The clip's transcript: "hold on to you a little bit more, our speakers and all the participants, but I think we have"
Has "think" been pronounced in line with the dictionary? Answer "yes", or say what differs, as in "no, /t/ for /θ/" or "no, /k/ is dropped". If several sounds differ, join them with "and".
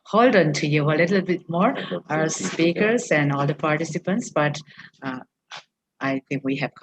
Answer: no, /t/ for /θ/